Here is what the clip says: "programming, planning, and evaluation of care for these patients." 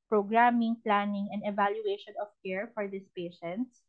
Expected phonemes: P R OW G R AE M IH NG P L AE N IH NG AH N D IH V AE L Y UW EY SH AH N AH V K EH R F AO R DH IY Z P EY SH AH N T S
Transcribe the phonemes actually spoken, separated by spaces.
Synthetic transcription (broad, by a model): P R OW G R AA M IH NG P L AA N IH NG AH N D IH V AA L Y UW EY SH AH N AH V K EH R F AO R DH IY S P EY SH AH N T S